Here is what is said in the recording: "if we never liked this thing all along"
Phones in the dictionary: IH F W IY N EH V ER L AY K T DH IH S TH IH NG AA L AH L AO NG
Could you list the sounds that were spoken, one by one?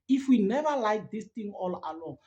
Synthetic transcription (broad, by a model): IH F W IY N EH V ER L AY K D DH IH S T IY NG AA L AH L AO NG